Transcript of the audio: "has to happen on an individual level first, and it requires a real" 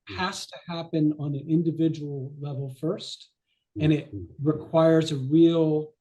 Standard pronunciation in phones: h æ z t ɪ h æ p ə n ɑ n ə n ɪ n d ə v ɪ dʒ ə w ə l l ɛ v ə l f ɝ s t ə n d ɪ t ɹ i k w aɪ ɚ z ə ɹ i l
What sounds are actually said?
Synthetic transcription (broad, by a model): h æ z t ɪ h æ p ə n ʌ n ə n ɪ n d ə v ɪ dʒ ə w l l ɛ v l f ɝ s t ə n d ɪ t ɹ i k w aɪ ɚ z ə ɹ i l